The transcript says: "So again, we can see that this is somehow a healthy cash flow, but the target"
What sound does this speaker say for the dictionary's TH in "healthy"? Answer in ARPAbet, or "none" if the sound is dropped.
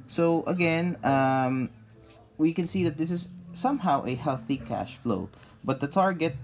TH